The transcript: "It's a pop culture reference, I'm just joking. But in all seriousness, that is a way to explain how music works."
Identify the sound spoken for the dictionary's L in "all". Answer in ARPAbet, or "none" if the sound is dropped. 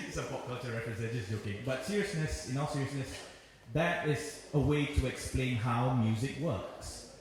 N